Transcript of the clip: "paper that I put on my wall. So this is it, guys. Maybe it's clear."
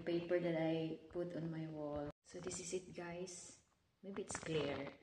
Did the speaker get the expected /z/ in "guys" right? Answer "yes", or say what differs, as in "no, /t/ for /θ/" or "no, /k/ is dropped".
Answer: no, /s/ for /z/